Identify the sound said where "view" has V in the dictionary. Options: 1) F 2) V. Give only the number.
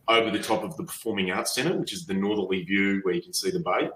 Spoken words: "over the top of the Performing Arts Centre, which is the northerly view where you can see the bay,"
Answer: 2